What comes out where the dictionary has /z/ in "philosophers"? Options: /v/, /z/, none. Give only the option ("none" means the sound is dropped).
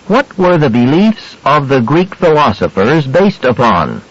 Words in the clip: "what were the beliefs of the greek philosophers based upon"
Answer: /z/